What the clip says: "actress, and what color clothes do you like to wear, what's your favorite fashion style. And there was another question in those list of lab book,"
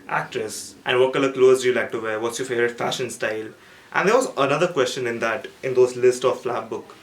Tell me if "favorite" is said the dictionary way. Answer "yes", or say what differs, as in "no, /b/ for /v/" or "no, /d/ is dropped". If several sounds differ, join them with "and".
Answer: no, /v/ is dropped